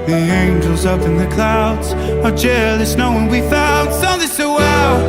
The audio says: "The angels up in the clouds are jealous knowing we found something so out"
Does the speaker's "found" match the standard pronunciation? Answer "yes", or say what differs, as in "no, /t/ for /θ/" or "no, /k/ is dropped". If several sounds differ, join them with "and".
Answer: no, /l/ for /n/